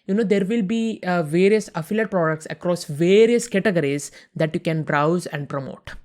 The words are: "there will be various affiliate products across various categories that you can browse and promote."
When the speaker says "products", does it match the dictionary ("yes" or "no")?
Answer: yes